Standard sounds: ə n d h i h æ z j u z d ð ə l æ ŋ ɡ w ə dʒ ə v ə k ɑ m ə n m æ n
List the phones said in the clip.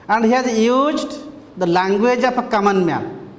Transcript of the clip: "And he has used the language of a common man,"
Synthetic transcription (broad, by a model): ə n d h i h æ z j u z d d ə l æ ŋ ɡ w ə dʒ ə p ə k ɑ m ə n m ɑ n